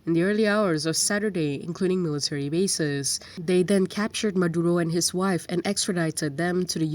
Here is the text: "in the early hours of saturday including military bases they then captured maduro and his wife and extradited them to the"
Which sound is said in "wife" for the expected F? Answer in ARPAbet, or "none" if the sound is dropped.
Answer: F